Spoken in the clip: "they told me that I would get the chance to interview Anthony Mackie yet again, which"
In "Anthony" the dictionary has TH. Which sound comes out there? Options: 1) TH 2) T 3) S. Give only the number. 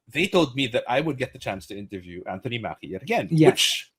1